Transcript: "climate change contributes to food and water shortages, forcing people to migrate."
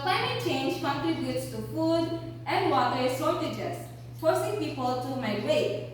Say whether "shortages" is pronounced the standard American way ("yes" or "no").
no